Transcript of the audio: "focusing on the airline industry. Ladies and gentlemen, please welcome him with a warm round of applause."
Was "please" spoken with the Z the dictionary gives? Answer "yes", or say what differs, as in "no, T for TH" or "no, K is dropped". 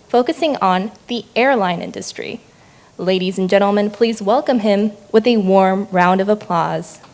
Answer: yes